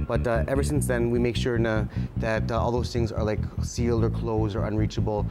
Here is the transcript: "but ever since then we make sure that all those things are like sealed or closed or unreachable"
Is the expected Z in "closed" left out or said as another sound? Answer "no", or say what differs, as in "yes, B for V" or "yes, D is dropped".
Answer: no